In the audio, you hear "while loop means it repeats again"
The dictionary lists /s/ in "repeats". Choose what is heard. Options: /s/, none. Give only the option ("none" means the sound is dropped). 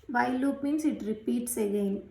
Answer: /s/